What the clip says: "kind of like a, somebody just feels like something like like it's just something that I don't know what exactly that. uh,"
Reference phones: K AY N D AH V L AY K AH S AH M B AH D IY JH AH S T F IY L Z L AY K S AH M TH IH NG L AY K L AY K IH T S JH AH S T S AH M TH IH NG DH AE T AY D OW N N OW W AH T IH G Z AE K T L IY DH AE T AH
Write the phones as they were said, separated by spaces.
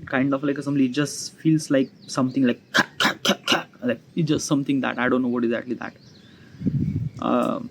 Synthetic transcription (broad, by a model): K AY N D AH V L AY K AH S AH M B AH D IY JH AH S T F IY L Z L AY K S AH M T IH NG L AY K L AY K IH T JH AH S T S AH M T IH NG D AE T AY D OW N N OW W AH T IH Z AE T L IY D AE T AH